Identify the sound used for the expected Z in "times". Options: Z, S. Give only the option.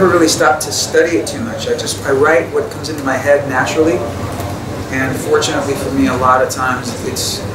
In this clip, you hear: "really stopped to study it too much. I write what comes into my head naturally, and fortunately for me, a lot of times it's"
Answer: Z